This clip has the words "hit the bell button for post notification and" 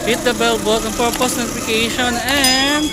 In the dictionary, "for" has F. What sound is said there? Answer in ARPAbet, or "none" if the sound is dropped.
P